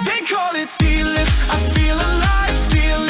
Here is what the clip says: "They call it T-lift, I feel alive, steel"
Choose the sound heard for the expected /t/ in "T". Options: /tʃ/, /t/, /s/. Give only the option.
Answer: /s/